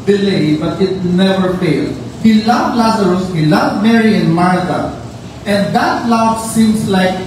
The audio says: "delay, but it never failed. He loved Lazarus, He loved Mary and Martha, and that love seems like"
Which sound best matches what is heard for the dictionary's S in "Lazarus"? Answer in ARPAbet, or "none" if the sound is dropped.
S